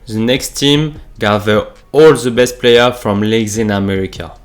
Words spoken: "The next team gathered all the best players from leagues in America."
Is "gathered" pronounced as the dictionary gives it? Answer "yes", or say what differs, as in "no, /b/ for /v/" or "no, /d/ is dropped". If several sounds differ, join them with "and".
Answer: no, /d/ is dropped